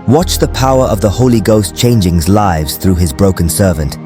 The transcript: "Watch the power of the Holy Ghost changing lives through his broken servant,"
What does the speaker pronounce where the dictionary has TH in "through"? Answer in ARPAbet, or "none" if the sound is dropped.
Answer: TH